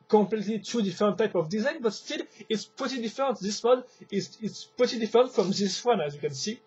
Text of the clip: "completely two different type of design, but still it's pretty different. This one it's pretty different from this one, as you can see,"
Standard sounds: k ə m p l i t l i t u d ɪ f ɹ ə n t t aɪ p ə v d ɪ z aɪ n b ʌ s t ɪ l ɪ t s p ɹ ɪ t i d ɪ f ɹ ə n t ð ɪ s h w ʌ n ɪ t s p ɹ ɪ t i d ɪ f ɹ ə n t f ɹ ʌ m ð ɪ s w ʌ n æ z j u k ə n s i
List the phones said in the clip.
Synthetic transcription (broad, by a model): k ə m p l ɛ t l i t u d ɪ f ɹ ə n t t aɪ p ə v d ɪ z aɪ n b ʌ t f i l ɪ t s p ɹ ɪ t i d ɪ f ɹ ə n t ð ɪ s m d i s ɪ t s p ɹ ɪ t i d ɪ f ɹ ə n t f ɹ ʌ m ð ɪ s w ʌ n æ z j u k ə n s i